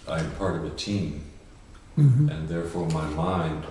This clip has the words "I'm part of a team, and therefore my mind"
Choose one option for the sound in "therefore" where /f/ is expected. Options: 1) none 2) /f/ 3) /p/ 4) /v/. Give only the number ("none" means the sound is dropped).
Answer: 2